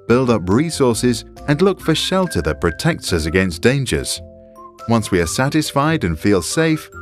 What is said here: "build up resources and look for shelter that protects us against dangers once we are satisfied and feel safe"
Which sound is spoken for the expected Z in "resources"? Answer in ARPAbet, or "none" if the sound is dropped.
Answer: Z